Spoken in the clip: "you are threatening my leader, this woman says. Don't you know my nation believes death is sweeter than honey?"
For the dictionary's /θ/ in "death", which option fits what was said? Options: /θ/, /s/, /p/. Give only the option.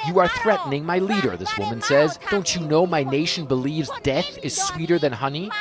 /θ/